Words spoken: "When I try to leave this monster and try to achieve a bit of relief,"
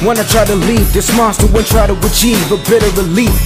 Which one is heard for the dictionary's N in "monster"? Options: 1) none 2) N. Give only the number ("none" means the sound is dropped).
1